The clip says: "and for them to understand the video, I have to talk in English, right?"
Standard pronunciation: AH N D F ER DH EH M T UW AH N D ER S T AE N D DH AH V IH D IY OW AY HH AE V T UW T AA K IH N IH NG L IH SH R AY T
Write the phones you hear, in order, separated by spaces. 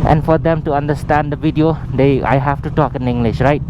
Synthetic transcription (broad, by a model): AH N F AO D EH M T UW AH N D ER S T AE N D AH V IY D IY OW AY HH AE F T UW T AA K IH N IH NG L IH SH R AY T